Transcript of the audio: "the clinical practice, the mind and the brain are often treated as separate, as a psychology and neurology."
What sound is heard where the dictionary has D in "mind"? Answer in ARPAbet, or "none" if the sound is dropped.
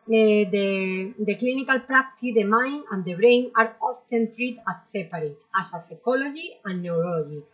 none